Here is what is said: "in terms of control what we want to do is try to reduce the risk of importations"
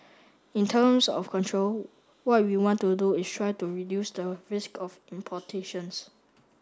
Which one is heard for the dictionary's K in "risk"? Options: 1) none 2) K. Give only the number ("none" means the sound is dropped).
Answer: 2